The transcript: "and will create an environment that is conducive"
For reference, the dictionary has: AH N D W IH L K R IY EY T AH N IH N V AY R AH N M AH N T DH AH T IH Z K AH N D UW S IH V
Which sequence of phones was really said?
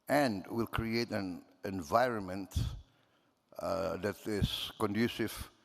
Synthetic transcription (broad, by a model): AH N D W IH L K R IY EY T AH N IH N V AY R AH N M AH N T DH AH T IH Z K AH N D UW S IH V